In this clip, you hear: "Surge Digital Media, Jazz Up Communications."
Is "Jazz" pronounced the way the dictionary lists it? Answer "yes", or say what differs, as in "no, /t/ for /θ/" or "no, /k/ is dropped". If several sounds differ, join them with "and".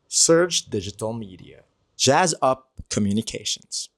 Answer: yes